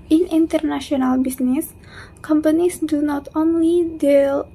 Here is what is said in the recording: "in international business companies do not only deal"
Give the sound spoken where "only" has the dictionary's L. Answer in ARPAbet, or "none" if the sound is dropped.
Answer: L